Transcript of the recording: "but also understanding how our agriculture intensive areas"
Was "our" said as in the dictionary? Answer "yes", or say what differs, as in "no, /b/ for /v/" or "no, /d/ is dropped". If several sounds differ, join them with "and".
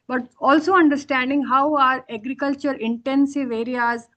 yes